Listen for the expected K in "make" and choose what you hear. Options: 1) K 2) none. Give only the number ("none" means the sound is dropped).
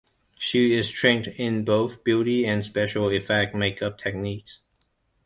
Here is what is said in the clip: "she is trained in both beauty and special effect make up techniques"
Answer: 1